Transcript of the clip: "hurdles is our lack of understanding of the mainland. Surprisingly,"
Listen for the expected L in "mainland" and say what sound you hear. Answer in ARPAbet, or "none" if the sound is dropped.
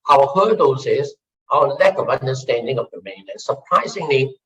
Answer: none